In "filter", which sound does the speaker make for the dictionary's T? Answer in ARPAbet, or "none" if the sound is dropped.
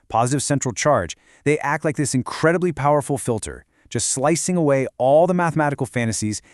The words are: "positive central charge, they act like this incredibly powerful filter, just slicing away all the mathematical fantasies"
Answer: T